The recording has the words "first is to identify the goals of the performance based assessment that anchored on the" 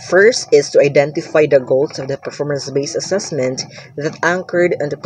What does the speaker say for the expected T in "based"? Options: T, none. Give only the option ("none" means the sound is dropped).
none